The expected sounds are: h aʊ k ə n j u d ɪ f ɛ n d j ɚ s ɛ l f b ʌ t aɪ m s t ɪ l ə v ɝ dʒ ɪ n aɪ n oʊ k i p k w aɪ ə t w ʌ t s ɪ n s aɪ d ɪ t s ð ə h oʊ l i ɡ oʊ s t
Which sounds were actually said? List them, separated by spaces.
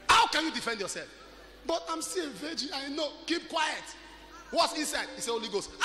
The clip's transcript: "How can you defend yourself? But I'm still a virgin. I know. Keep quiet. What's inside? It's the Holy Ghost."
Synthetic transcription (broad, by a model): h aʊ k ə n j u d ɪ f ɛ n d j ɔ s ɛ l f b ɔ t aɪ m s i ə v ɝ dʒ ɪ aɪ n oʊ k i p k w aɪ ə t w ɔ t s ɪ n s aɪ d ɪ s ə h oʊ l i ɡ oʊ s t